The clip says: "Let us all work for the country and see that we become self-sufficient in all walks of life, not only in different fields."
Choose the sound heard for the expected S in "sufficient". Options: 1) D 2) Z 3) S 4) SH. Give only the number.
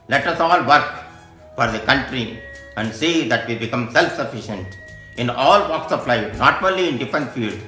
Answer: 3